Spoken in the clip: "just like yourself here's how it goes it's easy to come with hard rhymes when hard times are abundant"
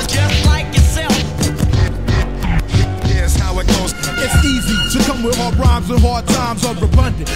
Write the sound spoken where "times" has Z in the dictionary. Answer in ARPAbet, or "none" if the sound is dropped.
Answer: Z